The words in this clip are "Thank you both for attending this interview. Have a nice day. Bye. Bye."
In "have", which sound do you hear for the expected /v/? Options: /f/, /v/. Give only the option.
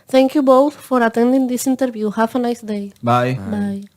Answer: /f/